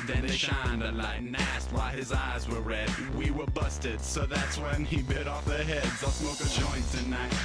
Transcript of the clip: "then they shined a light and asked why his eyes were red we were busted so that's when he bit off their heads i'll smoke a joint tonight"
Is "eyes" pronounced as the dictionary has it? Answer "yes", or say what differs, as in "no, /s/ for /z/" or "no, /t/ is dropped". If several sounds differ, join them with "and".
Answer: yes